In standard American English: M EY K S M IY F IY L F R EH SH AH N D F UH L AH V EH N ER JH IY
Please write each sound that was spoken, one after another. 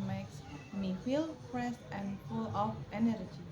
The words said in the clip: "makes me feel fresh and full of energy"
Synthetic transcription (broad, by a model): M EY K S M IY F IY L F R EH S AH N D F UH L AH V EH N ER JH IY